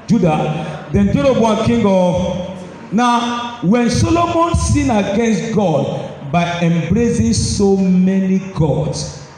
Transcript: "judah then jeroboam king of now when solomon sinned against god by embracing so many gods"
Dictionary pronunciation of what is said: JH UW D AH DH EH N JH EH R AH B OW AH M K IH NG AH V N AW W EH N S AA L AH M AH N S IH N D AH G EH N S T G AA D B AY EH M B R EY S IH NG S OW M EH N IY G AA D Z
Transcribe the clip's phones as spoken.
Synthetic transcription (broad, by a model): JH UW D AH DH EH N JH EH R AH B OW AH K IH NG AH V N AW W EH N S AA L AH M AH N S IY N AH G EH N S T G AA D B AY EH M B R EY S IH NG S OW M EH N IY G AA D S